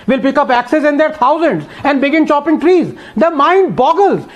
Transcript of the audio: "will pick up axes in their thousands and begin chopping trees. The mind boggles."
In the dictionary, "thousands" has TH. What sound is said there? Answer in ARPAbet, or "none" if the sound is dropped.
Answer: T